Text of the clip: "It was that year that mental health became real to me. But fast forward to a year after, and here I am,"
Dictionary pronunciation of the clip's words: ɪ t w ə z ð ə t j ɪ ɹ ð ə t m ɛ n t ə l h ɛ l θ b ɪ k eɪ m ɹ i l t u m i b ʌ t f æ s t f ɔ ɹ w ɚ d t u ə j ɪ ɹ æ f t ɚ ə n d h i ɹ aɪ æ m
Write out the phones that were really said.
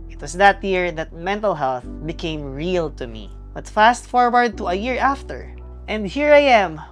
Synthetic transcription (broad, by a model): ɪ t w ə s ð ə t j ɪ ɹ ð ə t m ɛ n t ə l h ɛ l θ b ɪ k eɪ m ɹ i l t u m i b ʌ t f æ s t f ɔ ɹ w ɚ d t u ə j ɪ ɹ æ f t ɚ ə n d h i ɹ aɪ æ m